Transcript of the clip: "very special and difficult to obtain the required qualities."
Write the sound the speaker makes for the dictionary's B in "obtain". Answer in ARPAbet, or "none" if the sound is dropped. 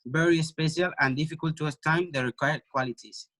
none